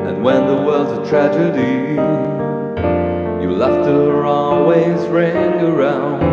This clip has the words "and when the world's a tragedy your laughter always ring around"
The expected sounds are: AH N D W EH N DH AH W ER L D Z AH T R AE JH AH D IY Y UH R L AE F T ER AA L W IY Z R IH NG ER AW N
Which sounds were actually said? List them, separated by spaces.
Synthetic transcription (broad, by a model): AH N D W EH N DH AH W ER L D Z AH T R AE JH AH D IY Y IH L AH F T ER AA L W IY Z R IH NG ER AW N